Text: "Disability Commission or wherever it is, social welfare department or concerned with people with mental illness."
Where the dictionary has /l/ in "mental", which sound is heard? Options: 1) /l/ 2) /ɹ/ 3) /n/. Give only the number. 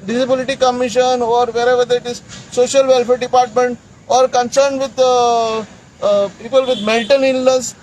3